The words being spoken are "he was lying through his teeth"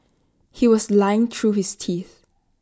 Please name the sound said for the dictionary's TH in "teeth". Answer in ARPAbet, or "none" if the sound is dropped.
TH